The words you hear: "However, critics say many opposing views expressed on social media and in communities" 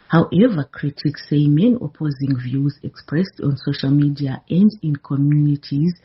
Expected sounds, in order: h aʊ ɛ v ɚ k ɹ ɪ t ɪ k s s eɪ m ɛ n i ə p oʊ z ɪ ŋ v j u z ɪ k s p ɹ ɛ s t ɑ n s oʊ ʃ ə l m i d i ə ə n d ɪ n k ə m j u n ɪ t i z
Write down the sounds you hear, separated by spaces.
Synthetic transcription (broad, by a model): h aʊ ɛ v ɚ k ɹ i t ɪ k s s eɪ m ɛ n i ə p oʊ z ɪ ŋ v j u z ɪ k s p ɹ ɛ s t ɑ n s oʊ ʃ ə l m i d i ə ə n d ɪ n k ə m j u n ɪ t i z